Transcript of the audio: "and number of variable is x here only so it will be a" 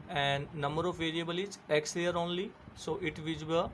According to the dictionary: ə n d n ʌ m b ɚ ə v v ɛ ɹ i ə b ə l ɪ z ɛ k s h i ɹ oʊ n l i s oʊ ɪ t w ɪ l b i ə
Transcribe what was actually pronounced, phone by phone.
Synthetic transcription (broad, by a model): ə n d n ʌ m b ɚ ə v v ɛ ɹ i ə b ə l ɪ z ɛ k s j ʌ ɹ oʊ n l i s oʊ ɪ t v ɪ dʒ b i